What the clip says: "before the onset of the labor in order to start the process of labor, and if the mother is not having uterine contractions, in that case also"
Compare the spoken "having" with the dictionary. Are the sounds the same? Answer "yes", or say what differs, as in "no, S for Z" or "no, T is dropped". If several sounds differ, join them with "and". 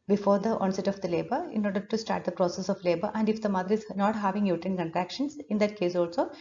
yes